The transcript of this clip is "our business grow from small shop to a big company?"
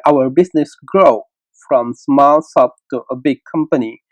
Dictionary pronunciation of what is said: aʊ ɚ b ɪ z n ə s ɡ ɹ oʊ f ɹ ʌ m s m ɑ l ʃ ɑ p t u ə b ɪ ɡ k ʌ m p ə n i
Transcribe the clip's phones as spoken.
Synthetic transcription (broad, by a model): aʊ ɚ b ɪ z n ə s ɡ ɹ oʊ f ɹ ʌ m s m ɑ l s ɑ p t u ə b ɪ ɡ k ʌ m p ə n i